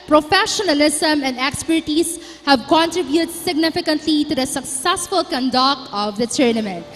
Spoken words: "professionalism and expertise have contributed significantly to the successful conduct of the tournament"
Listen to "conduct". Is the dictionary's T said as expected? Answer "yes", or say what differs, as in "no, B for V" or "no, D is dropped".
no, T is dropped